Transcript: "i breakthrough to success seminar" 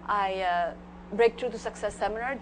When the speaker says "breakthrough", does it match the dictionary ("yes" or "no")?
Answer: no